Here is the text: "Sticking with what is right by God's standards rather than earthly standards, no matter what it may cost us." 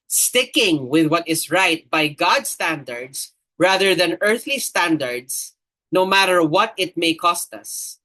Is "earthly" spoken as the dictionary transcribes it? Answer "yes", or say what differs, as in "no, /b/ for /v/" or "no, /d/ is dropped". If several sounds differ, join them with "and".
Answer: yes